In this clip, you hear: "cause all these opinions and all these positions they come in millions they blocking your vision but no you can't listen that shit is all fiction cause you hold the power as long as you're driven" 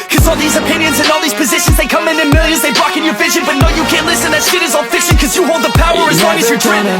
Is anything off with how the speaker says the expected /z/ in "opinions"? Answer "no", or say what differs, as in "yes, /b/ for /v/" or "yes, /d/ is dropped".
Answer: no